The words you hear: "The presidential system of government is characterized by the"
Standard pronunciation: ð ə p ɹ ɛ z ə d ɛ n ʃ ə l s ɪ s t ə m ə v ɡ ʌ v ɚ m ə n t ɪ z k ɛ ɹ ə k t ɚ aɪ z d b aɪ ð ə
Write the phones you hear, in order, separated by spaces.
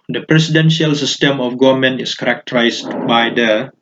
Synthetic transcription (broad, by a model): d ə p ɹ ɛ s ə d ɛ n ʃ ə l s ɪ s t ə m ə f ɡ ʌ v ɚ m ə n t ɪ s k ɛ ɹ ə k t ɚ aɪ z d b aɪ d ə